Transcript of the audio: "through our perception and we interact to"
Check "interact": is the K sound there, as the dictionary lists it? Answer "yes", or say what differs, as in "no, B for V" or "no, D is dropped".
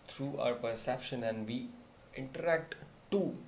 yes